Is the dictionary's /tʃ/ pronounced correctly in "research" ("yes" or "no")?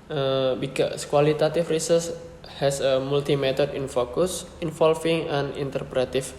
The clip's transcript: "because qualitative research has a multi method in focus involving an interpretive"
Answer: no